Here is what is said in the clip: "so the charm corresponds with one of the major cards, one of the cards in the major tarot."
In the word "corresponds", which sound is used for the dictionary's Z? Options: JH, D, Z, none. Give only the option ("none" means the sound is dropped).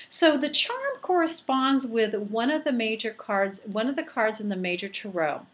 Z